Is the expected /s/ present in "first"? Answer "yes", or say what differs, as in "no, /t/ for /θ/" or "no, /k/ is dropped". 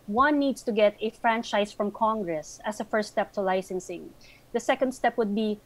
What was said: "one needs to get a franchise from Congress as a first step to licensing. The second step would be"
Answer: yes